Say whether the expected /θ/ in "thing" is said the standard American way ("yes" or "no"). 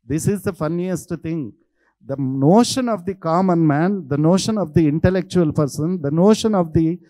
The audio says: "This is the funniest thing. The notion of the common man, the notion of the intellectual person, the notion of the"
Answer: no